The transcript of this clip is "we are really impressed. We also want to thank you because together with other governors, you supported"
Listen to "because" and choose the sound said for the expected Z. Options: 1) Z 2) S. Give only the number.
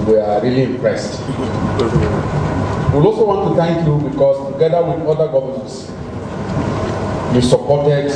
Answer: 2